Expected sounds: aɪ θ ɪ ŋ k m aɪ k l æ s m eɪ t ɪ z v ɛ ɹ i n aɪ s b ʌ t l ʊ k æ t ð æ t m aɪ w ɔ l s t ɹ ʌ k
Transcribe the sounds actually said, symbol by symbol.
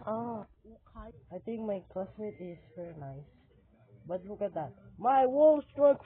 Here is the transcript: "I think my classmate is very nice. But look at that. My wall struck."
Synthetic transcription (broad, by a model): aɪ t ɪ ŋ k m aɪ k l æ s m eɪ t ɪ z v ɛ ɹ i n aɪ s b ʌ t l ʊ k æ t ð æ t m aɪ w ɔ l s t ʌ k